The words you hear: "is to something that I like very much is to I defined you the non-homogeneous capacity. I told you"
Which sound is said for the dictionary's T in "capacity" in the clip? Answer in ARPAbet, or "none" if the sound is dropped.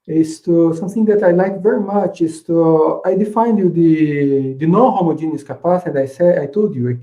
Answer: S